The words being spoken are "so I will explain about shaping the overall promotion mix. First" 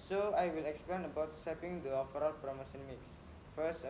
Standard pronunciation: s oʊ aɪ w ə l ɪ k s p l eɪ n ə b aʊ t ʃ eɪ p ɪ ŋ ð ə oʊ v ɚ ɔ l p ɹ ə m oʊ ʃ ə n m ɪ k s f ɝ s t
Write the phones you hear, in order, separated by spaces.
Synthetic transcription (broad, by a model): s oʊ aɪ w ə l ɪ k s p l eɪ n ə b aʊ t s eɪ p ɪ ŋ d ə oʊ f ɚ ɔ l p ɹ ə m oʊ s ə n m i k s f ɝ s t